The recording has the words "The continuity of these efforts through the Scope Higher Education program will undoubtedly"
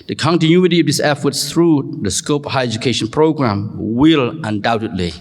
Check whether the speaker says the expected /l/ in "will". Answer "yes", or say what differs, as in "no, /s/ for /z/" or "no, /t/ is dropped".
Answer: yes